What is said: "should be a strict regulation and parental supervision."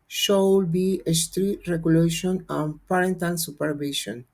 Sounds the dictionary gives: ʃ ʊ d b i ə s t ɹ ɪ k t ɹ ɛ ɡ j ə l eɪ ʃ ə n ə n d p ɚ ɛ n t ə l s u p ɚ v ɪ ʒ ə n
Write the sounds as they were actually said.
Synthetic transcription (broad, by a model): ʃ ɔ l b i ə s t ɹ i t ɹ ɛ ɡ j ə l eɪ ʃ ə n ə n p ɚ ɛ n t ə n s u p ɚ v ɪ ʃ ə n